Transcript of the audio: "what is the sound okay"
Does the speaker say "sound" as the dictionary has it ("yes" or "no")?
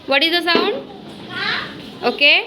no